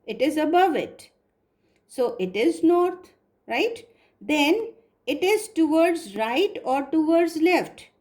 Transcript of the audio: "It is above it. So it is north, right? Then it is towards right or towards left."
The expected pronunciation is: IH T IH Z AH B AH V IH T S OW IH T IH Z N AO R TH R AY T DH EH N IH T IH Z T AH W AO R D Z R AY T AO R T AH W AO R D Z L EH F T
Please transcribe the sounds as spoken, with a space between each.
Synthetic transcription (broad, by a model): IH T IH Z AH B AH V IH T S OW IH T IH Z N AO R T R AY T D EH N IH T IH Z T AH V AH R D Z R AY T AO R T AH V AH R D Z L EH F T